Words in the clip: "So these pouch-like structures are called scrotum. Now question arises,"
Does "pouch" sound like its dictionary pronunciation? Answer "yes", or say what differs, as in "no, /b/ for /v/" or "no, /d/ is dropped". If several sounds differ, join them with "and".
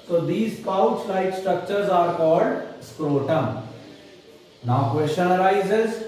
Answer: no, /s/ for /tʃ/